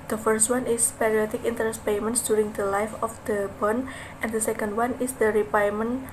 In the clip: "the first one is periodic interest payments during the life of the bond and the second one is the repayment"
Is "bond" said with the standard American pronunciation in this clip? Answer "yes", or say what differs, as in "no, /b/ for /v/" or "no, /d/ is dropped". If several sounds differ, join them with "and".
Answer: no, /d/ is dropped